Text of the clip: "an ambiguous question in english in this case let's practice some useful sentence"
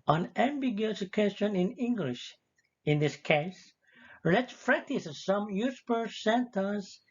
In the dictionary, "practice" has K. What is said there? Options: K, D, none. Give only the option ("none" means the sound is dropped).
none